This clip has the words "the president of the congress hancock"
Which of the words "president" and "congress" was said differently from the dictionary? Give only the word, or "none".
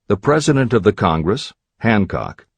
none